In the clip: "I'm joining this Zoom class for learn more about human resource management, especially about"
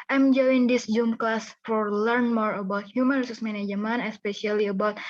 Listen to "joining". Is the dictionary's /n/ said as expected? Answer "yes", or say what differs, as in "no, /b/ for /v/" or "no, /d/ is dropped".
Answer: no, /n/ is dropped